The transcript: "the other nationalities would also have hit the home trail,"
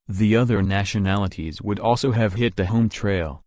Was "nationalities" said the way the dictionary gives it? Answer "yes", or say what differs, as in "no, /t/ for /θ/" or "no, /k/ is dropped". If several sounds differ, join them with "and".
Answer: yes